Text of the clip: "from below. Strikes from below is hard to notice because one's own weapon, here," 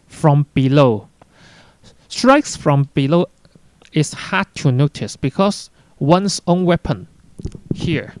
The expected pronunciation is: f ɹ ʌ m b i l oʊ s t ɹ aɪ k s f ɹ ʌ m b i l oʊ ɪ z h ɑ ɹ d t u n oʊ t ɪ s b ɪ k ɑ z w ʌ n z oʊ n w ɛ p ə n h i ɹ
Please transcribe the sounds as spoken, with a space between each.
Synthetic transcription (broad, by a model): f ɹ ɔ m b i l oʊ s t ɹ aɪ k s f ɹ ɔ m b i l oʊ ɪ s h ɑ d t u n oʊ t ɪ s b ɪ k ɑ s w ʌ n s oʊ n w ɛ p ə n h i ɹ